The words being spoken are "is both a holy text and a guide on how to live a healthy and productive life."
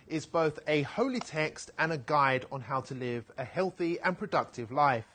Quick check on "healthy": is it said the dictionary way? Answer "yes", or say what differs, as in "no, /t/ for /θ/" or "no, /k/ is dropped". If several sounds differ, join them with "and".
yes